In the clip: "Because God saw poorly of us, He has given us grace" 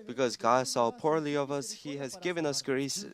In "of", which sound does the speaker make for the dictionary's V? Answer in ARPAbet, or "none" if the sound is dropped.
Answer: V